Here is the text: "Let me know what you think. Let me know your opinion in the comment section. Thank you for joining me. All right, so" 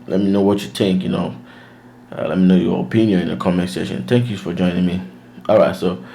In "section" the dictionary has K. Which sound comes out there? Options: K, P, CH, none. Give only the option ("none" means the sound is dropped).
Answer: none